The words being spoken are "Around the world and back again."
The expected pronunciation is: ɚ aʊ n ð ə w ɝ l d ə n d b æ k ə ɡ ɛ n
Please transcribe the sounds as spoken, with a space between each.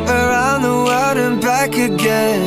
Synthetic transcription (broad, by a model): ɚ aʊ n ð ə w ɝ d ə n b æ k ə ɡ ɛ n